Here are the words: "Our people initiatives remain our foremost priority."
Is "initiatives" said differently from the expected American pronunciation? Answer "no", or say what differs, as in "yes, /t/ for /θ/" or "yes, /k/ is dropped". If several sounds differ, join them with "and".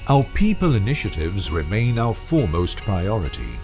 no